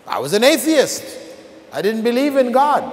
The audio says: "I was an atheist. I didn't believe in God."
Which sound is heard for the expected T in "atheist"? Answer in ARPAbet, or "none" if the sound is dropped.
T